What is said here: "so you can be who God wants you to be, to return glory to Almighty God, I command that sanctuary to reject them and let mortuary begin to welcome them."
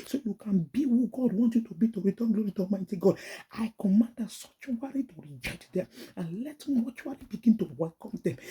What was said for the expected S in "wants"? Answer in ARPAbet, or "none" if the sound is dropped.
none